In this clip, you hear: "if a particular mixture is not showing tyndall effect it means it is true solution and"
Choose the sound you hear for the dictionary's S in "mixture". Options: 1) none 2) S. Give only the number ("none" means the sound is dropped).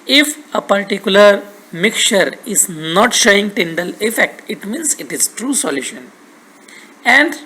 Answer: 1